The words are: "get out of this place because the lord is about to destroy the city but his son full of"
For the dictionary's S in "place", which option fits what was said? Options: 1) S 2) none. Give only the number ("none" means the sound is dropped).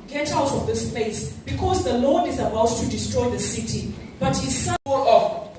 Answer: 1